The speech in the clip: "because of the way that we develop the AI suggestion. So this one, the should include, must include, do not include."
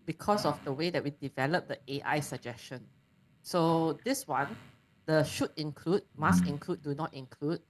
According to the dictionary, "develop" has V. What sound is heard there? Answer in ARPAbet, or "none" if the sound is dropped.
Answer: V